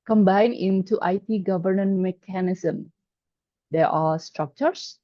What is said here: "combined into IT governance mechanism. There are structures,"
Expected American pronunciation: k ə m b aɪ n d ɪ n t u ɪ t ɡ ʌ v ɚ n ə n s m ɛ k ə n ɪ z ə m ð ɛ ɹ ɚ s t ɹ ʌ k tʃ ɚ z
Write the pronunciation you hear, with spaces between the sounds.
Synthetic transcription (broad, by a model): k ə m b aɪ n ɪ n t u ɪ t ɡ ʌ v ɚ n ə n m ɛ k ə n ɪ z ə m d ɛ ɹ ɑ s t ɹ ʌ k tʃ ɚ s